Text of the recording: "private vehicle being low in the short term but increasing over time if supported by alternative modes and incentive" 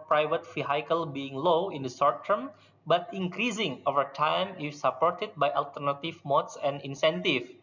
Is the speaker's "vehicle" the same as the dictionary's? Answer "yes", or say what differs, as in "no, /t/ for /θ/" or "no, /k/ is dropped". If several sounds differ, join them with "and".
no, /f/ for /v/